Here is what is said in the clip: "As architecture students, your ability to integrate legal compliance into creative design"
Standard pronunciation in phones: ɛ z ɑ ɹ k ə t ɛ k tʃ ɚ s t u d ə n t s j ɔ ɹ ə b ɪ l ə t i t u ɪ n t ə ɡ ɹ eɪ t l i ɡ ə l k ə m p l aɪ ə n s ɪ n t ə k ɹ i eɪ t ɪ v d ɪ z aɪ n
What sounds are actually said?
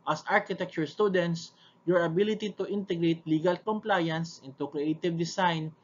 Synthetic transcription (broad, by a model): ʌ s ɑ ɹ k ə t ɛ k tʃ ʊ s t u d ə n t s j ɔ ɹ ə b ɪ l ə t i t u ɪ n t ə ɡ ɹ eɪ t l i ɡ ə l k ə m p l aɪ ə n s ɪ n t ə k ɹ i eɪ t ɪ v d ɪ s aɪ n